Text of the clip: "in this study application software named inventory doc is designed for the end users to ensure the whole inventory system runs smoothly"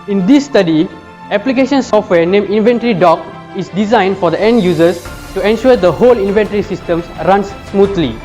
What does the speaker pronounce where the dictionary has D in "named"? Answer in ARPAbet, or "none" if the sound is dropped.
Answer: none